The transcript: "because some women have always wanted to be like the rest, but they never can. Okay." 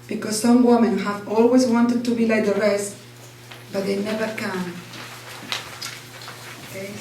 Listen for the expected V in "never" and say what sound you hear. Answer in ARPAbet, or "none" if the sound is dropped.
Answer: V